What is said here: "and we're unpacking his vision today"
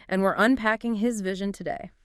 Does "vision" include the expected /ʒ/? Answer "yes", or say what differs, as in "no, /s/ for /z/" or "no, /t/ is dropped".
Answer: yes